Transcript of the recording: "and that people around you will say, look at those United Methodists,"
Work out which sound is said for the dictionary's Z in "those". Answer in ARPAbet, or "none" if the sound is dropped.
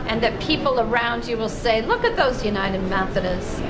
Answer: Z